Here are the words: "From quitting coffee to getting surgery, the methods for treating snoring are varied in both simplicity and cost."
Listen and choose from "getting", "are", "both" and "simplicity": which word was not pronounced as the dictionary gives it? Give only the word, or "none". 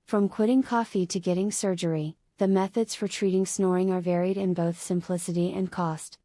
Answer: none